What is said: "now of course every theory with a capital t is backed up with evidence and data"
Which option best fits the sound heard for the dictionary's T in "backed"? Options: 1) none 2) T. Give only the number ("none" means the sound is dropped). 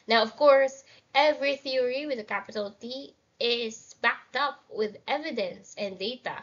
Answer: 2